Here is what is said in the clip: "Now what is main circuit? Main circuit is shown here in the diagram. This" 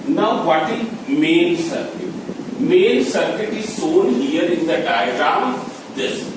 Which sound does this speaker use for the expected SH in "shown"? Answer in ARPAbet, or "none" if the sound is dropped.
S